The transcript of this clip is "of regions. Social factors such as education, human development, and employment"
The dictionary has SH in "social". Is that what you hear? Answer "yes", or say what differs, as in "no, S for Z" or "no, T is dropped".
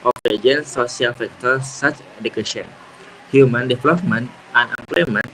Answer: no, SH is dropped